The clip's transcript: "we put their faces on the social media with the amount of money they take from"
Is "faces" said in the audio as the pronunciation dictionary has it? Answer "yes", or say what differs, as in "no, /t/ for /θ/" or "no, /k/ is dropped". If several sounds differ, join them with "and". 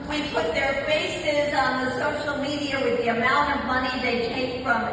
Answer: yes